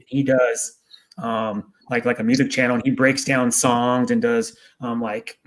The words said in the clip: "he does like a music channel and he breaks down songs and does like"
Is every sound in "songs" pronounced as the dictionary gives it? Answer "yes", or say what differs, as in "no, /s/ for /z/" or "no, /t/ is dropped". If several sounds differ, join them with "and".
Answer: yes